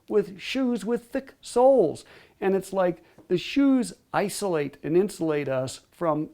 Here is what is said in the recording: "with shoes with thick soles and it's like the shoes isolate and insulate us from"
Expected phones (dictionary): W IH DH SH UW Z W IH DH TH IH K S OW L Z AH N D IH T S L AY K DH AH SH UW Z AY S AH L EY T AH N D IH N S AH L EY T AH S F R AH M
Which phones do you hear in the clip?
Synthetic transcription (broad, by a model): W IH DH SH UW Z W IH DH TH IH K S OW L Z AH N IH T S L AY K DH AH SH UW Z AY S AH L EY T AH N IH N S AH L EY T AH S F R AH M